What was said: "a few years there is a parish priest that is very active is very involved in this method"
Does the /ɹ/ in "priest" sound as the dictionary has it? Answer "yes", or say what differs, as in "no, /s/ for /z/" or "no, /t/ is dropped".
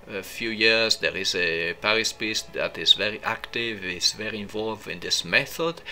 no, /ɹ/ is dropped